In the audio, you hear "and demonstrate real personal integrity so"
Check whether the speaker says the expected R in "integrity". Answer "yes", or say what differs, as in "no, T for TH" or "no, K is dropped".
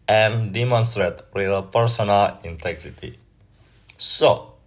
yes